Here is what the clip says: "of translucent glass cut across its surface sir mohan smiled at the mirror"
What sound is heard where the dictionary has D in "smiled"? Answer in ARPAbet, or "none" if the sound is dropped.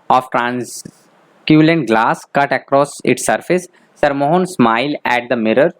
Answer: none